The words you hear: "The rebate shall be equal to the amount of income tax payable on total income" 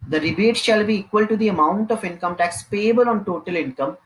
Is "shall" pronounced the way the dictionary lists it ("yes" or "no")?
yes